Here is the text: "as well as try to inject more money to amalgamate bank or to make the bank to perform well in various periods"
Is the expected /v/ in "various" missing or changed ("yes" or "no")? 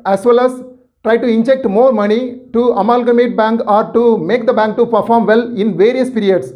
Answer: no